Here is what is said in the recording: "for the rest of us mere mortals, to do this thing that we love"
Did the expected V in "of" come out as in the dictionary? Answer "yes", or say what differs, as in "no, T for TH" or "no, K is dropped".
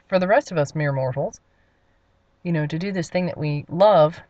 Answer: yes